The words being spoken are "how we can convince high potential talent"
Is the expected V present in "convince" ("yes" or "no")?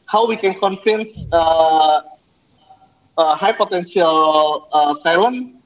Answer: no